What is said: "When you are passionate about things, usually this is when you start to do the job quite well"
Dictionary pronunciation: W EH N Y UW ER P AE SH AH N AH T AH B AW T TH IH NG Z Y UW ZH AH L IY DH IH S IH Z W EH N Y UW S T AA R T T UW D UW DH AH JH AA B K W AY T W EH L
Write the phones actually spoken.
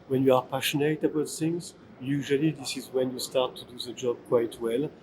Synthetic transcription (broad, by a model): W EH N Y UW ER P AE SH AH N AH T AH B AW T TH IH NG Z Y UW ZH AH L IY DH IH S IH Z W EH N Y UW S T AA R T T UW D UW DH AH JH AA B K W AY T W EH L